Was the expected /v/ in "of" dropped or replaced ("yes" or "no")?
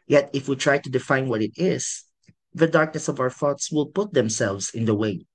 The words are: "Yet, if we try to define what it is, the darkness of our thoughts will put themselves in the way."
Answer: no